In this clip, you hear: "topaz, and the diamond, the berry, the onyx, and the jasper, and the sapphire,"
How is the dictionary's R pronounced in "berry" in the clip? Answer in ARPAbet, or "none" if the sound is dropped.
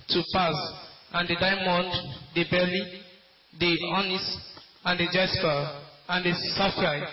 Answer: L